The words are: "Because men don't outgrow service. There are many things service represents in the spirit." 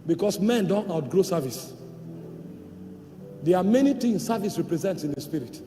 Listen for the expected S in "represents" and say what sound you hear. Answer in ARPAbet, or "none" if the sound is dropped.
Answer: S